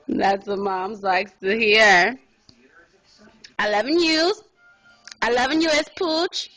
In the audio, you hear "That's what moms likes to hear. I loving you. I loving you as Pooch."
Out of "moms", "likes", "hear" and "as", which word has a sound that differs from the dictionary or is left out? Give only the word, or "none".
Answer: as